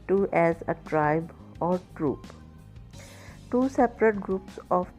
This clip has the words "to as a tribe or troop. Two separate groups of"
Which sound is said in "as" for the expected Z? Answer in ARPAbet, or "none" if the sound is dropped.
Z